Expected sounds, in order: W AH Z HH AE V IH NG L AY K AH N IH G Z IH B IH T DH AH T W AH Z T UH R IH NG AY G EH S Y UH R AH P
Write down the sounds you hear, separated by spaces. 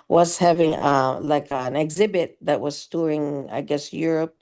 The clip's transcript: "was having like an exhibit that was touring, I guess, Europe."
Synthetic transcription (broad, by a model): W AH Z HH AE V IH NG L AY K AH N IH G Z IH B IH T DH AH T W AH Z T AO R IH NG AY G EH S Y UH R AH P